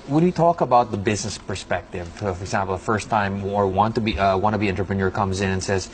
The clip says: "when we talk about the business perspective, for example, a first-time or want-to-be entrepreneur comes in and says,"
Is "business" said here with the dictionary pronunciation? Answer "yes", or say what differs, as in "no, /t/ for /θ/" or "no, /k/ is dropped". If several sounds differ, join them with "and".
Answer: yes